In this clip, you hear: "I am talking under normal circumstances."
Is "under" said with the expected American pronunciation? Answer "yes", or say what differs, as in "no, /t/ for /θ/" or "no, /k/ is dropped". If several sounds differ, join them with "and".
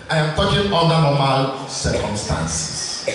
no, /l/ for /n/